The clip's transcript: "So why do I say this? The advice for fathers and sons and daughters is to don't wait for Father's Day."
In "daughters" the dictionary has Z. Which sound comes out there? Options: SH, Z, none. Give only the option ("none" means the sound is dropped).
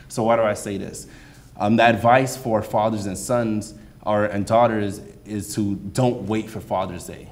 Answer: Z